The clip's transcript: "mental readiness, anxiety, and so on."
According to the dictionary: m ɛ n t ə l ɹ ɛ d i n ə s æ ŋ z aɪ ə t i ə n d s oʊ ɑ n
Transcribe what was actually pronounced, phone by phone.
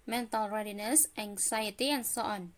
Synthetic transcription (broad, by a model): m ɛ n t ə l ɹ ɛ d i n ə s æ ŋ s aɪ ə t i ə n s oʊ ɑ n